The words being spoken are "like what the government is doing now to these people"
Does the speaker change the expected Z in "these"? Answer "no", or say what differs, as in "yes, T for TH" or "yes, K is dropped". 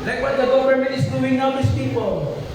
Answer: yes, S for Z